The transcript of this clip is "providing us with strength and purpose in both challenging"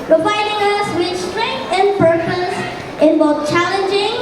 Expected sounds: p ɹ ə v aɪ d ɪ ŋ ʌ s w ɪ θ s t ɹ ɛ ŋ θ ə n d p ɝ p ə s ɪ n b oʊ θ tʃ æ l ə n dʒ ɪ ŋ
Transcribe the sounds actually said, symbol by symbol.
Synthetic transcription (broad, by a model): p ɹ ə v aɪ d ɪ ŋ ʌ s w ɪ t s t ɹ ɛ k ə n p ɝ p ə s ɪ n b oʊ t tʃ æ l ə n dʒ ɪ ŋ